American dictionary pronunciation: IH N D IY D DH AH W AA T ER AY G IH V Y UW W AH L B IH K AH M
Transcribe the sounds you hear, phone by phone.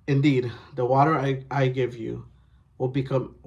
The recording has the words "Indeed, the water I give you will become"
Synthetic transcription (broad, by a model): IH N D IY D DH AH W AA T ER AY G IH V Y UW W AH L B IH K AH M